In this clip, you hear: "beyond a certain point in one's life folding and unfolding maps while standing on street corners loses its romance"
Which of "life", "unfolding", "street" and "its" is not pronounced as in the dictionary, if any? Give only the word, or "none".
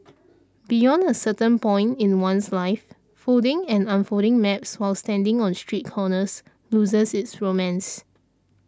unfolding